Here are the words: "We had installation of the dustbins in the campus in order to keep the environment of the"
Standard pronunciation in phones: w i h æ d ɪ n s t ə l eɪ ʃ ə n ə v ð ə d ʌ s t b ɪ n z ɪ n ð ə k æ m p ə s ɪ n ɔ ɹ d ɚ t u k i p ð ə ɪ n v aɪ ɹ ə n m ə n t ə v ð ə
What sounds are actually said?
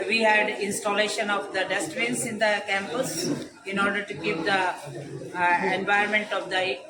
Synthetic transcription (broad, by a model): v i h æ d ɪ n s t ə l eɪ ʃ ə n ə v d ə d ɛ s t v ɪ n s ɪ n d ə k æ m p ə s ɪ n ɔ ɹ d ɚ t u k i p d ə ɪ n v aɪ ə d m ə n t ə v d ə